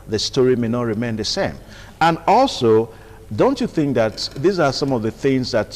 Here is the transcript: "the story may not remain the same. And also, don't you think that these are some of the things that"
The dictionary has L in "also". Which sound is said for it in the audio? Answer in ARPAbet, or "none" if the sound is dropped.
L